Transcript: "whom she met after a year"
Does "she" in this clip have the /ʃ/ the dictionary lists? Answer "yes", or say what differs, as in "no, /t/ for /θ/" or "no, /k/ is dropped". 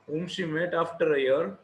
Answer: no, /s/ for /ʃ/